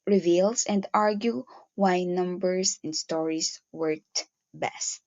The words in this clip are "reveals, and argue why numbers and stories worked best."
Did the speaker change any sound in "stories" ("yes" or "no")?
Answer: yes